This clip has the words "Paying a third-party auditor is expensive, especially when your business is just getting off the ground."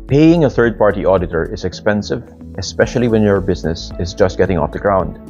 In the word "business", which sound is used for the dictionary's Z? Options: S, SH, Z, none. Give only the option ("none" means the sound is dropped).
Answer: Z